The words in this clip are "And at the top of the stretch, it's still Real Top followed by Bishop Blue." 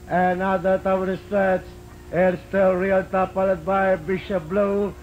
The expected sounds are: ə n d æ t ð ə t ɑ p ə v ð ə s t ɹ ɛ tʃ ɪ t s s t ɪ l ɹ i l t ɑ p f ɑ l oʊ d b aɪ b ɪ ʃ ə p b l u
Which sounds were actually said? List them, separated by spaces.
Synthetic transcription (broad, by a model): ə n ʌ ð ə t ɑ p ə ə s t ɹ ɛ s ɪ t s s t ɪ l ɹ i l t ɑ p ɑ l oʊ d b aɪ b ɪ ʃ ə p b l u